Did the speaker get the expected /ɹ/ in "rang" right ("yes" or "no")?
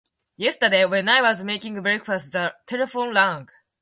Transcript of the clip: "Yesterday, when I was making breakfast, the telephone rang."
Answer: no